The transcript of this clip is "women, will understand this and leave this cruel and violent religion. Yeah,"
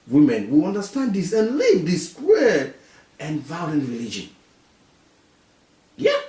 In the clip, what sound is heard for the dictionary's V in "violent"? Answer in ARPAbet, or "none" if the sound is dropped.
V